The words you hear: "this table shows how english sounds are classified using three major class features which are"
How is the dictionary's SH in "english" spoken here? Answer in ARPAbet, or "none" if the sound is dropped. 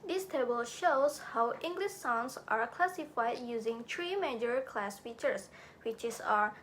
SH